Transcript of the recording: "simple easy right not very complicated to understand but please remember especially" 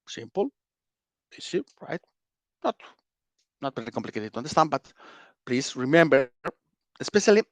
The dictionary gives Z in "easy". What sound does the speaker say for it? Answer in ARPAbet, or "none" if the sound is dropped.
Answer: S